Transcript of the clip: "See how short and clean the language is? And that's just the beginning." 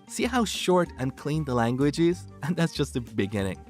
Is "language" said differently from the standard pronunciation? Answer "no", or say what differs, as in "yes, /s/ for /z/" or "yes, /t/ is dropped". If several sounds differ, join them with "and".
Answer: no